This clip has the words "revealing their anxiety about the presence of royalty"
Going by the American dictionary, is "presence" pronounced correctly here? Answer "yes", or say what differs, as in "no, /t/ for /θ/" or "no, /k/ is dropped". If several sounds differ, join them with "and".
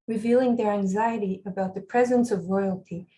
yes